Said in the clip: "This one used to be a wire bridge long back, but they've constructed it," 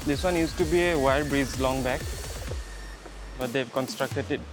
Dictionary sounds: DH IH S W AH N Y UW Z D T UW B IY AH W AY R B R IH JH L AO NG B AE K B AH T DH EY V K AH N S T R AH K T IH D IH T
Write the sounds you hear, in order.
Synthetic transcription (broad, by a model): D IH S W AH N Y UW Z T UW B IY AH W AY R B R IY Z L AO NG B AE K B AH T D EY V K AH N S T R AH K T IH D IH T